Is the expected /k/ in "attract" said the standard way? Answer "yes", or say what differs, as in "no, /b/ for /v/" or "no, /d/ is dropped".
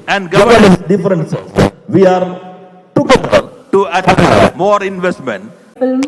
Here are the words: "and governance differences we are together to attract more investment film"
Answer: no, /k/ is dropped